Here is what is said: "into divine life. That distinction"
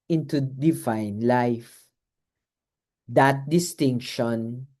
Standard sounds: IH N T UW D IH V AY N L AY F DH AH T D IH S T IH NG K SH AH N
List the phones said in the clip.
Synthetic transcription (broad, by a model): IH N T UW D IH V AY N L AY F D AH T D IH S T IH NG K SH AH N